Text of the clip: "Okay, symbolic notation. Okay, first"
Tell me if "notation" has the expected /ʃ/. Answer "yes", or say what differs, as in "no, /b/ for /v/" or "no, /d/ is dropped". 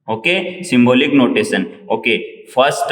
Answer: no, /s/ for /ʃ/